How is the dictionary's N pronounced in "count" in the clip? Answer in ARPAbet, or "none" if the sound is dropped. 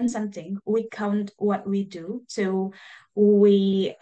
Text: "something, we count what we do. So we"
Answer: N